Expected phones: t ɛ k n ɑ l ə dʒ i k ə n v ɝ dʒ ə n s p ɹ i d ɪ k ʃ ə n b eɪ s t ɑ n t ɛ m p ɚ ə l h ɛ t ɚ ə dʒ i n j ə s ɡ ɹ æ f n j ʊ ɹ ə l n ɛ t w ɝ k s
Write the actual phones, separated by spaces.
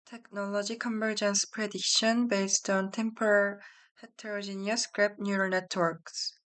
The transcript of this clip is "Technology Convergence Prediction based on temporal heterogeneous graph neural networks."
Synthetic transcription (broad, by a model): t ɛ k n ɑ l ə dʒ i k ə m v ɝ dʒ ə n s p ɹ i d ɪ k ʃ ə n b eɪ s t ɑ n t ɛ m p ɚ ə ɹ h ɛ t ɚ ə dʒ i n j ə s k ɹ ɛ p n j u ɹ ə n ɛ t w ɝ k s